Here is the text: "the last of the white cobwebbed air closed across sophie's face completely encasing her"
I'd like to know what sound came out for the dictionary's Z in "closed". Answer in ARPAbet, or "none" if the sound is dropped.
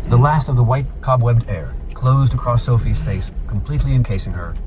Z